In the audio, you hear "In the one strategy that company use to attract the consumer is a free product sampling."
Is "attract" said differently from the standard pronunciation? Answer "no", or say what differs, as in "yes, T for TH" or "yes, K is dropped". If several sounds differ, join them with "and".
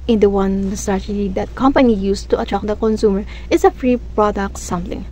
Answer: yes, R is dropped